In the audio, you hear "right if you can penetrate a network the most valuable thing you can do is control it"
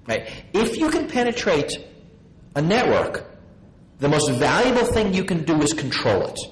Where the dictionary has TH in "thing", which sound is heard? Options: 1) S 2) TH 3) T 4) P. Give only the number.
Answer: 2